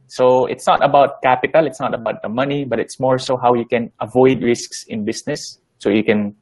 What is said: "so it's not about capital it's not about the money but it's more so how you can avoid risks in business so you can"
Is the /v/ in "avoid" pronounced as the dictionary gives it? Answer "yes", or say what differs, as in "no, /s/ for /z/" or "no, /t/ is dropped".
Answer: yes